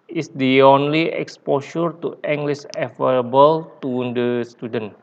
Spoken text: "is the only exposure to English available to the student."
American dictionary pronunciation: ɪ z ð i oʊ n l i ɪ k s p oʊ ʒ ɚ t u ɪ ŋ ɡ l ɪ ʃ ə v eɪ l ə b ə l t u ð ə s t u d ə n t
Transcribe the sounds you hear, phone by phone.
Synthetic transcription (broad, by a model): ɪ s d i oʊ n l i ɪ k s p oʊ ʃ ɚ t u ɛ ŋ ɡ l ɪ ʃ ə f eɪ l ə b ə l t u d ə s t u d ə n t